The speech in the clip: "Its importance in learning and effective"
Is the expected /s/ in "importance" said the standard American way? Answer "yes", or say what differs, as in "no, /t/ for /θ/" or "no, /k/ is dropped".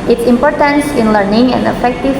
yes